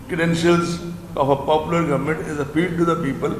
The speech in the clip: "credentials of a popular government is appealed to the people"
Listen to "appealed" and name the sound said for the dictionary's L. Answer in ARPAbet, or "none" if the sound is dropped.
none